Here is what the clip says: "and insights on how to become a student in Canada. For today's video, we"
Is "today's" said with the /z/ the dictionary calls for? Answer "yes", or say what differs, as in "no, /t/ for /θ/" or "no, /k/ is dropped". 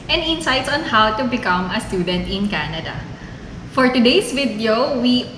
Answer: no, /s/ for /z/